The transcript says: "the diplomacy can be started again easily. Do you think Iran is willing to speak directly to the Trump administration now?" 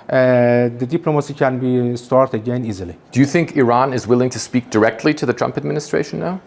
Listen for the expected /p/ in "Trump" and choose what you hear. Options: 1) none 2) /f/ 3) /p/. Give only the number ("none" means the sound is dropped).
3